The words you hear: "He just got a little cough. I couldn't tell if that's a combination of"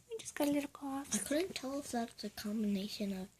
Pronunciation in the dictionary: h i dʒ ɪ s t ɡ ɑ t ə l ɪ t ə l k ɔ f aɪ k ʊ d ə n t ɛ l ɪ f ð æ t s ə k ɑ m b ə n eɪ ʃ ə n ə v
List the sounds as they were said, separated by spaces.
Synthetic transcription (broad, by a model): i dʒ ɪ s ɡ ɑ ə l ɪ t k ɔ aɪ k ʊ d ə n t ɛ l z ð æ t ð ə k ɑ m b ə n eɪ ʃ ə n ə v